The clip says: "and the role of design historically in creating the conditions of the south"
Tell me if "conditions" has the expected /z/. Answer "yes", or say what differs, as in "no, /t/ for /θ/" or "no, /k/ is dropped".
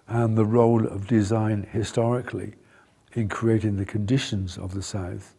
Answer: yes